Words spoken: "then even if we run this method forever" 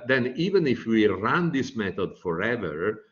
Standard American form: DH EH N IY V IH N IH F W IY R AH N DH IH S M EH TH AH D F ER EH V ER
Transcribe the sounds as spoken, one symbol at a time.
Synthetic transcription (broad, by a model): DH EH N IY V IH N IH F W IY R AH N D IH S M EH T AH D F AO EH V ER